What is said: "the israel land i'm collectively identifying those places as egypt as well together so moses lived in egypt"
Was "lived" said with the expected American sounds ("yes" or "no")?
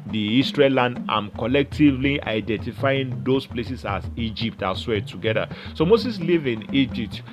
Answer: no